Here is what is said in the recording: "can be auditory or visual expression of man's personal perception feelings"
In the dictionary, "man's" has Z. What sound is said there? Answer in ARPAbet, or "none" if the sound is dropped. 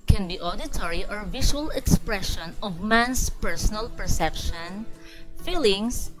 S